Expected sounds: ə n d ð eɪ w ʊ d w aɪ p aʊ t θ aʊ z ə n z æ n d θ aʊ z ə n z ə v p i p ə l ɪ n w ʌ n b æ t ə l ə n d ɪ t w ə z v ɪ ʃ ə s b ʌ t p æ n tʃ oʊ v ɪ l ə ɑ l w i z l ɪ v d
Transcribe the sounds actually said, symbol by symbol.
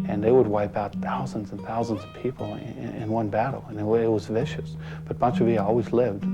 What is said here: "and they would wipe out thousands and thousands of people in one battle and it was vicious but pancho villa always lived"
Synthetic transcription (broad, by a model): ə n ð eɪ w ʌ d w aɪ p aʊ t θ aʊ z ə n z n θ aʊ z ə n z ə v p i p l ɪ n w ʌ n b æ t l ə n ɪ ɪ t w ə z v ɪ ʃ ə s b ʌ t b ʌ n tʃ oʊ v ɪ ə ɑ l w i z l ɪ v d